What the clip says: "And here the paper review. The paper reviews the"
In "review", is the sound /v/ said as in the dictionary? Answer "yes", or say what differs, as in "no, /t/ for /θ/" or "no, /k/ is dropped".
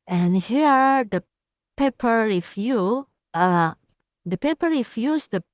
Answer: no, /f/ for /v/